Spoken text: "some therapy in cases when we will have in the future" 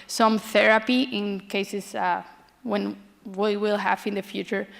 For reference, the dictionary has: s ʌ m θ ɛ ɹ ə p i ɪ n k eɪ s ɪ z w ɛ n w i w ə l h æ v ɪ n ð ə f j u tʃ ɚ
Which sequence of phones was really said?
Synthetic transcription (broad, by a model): s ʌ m θ ɛ ɹ ə p i ɪ n k eɪ s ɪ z w ɛ n w i w ə l h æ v ɪ n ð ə f j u tʃ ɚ